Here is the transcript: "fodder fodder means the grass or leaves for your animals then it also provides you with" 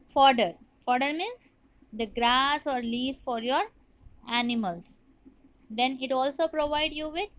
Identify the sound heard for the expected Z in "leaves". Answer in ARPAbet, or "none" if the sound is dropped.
none